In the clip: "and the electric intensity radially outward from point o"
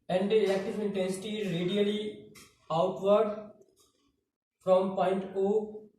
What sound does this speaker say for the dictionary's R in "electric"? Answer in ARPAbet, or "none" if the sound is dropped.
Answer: none